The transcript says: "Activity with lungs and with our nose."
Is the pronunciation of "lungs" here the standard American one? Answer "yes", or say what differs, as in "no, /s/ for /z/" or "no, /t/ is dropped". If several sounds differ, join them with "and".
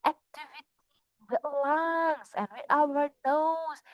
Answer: no, /s/ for /z/